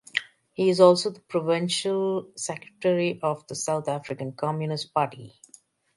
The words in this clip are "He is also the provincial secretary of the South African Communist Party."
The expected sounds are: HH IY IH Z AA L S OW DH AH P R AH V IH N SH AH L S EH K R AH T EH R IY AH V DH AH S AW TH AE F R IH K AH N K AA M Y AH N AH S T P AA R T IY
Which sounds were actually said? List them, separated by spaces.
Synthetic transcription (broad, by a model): HH IY IH Z AA L S OW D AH P R AH V IH N SH AH L S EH K R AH T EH R IY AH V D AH S AW T AE F R IH K AH N K AA M Y AH N AH S T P AA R T IY